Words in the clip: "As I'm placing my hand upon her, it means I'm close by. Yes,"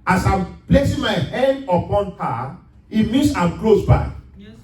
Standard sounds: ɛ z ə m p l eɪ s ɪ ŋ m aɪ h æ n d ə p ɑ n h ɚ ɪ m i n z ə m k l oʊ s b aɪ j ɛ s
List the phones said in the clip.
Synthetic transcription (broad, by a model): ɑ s ə m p l eɪ s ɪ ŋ m aɪ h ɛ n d ə p ɑ n h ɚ ɪ m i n s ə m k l oʊ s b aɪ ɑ